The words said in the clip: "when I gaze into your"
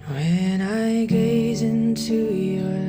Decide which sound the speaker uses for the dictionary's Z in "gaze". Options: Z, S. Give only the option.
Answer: Z